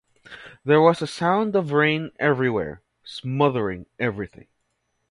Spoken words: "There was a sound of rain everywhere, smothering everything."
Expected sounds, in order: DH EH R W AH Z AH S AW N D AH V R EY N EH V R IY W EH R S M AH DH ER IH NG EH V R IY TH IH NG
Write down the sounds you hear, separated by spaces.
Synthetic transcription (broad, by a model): DH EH R W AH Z AH S AW N D AH V R EY N EH V R IY W EH R S M AH DH ER IH NG EH V R IY TH IH NG